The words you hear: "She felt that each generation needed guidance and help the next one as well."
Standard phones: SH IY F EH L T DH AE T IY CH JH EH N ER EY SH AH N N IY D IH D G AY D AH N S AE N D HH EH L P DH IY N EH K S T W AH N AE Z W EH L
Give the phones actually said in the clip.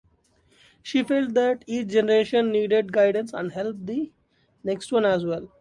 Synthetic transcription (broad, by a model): SH IY F EH L T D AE T IY CH JH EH N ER EY SH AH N N IY D IH D G AY D AH N S AE N D HH EH L P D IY N EH K S T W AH N AE Z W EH L